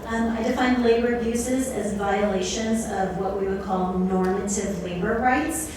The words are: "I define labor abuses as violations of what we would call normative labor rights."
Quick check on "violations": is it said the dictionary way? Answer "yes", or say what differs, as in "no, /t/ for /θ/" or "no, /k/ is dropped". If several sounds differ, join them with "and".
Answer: yes